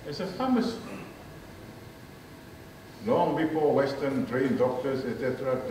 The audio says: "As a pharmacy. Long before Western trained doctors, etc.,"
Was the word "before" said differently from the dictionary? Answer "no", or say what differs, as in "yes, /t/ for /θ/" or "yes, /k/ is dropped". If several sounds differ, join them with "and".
yes, /p/ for /f/ and /l/ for /ɹ/